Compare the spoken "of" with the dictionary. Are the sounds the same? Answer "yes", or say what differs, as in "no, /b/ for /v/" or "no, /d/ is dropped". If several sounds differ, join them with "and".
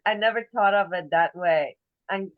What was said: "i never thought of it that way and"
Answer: yes